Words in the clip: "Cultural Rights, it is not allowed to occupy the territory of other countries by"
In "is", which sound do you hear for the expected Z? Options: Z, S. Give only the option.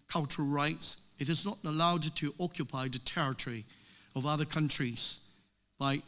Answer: Z